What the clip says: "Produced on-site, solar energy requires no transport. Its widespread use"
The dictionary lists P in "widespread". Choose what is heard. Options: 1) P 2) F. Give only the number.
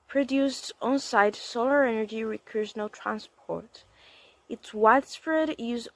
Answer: 2